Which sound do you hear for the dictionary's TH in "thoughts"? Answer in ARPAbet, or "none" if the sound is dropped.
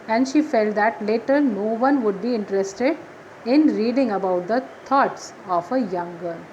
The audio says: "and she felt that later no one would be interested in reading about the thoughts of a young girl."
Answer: T